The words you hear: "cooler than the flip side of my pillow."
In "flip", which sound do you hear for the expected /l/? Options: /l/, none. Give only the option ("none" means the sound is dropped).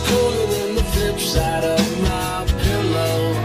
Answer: none